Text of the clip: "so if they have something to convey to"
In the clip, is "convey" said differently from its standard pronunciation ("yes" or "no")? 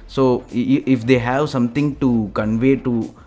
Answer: no